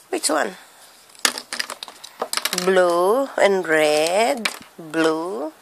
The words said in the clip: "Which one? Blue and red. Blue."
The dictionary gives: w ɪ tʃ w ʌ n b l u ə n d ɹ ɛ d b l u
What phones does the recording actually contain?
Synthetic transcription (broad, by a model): w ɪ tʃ w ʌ n b l u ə n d ɹ ɛ d b l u